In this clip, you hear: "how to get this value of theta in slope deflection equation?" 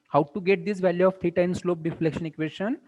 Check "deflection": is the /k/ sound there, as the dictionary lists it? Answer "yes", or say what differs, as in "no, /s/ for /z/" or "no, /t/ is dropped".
yes